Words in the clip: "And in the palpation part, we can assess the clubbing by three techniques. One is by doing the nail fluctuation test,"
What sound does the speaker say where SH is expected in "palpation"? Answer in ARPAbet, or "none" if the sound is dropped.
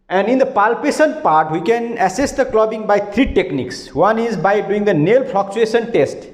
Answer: S